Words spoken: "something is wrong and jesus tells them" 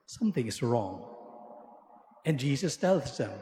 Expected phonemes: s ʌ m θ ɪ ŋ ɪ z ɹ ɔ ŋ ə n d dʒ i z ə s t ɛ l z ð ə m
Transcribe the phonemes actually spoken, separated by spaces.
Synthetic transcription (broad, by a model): s ʌ m θ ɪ ŋ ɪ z ɹ ɔ ŋ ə n dʒ i z ə s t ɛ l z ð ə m